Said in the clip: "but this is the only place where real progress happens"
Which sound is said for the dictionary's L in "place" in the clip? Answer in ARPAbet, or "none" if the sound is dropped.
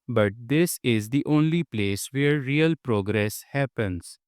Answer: L